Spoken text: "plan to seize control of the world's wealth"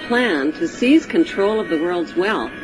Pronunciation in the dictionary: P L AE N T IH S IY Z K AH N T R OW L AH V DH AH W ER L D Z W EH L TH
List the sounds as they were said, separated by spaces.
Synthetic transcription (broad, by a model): P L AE N T IH S IY Z K AH N T R OW L AH V DH AH W ER L D Z W EH L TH